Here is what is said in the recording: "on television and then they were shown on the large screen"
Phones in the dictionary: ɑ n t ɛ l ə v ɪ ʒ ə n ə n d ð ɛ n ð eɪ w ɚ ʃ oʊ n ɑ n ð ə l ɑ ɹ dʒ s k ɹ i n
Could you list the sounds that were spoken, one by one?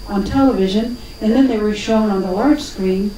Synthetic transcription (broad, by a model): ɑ n t ɛ l ə v ɪ ʒ ə n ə n ð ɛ n ð eɪ w ɚ ʃ oʊ n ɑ n ð ə l ɑ ɹ dʒ s k ɹ i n